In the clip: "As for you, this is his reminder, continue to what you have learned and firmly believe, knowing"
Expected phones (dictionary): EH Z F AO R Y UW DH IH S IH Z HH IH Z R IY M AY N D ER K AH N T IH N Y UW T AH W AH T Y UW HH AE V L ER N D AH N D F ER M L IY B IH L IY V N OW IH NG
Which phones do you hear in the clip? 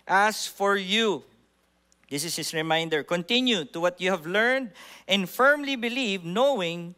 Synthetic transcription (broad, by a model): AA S F AO R Y UW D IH S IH S HH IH S R IY M AY N D ER K AH N T IH N Y UW T AH W AH T Y UW HH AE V L ER N D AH N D F ER M L IY B IH L IY V N OW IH NG